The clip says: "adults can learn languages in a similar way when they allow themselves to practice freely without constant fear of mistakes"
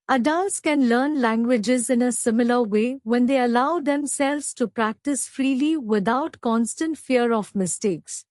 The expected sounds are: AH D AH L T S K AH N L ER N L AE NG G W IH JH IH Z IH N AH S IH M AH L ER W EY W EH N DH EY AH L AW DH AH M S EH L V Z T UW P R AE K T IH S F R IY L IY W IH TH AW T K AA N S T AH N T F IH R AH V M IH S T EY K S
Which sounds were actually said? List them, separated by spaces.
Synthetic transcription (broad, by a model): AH D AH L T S K AH N L ER N L AE NG G W IH JH IH Z IH N AH S IH M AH L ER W EY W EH N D EY AH L AW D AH M S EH L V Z T UW P R AE K T IH S F R IY L IY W IH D AW T K AA N S T AH N T F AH R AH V M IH S T EY K S